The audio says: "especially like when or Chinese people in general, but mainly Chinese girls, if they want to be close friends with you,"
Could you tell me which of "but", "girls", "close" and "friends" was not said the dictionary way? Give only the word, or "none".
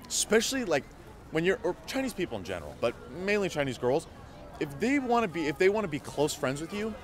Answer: none